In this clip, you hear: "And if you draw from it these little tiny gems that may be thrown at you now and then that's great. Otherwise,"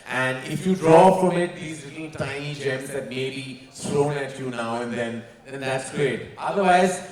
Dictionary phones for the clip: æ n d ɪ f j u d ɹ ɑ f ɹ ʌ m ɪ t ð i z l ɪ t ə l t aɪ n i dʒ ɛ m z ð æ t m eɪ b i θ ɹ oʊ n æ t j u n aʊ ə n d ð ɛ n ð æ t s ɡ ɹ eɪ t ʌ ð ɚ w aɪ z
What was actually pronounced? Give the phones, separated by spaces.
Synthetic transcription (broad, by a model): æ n d ɪ f j u d ɹ ɑ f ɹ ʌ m ɪ t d i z l ɪ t l t aɪ n i dʒ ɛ m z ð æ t m eɪ b i s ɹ oʊ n æ t j u n aʊ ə n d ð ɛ n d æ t s ɡ ɹ eɪ t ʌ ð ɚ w aɪ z